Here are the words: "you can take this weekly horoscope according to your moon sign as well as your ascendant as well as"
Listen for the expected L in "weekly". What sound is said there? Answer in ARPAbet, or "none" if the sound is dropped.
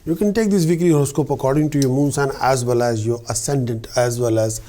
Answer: none